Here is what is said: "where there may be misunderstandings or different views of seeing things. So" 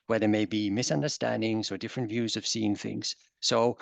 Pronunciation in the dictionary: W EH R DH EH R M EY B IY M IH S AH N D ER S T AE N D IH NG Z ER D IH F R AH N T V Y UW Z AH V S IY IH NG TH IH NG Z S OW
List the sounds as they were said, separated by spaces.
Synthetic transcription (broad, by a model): W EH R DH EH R M EY B IY M IH S AH N D ER S T AE N D IH NG Z ER D IH F R AH N T V Y UW Z AH V S IY IH NG TH IH NG Z S OW